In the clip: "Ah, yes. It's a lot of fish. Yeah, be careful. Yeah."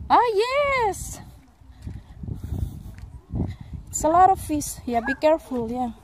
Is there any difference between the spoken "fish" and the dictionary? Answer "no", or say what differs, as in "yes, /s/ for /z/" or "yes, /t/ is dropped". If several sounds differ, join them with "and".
yes, /s/ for /ʃ/